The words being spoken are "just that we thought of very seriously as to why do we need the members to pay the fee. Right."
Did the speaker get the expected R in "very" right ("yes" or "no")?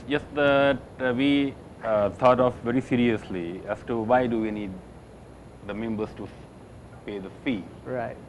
yes